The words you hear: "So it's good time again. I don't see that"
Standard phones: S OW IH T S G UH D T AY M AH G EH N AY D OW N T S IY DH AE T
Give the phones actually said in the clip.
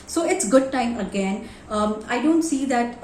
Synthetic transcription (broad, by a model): S OW IH T S G UH D T AY M AH G EH N AY D OW N T S IY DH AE T